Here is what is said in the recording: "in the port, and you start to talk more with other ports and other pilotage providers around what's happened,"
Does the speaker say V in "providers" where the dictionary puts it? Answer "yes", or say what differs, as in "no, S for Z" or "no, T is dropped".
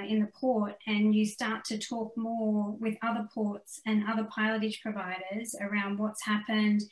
yes